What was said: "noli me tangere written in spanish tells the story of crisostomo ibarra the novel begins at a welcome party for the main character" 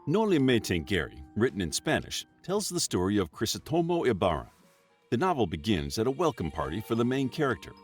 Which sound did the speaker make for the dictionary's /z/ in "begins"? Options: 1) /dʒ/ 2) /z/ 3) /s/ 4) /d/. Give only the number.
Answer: 2